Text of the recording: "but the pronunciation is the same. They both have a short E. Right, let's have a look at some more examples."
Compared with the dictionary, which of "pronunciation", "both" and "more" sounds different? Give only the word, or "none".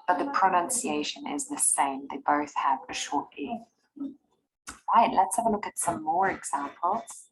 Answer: none